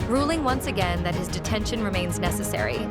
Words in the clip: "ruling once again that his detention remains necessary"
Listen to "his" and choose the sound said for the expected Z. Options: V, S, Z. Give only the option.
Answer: Z